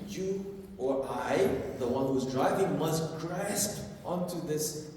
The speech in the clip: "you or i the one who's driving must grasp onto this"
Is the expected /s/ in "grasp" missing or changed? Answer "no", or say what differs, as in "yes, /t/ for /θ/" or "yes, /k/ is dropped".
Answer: no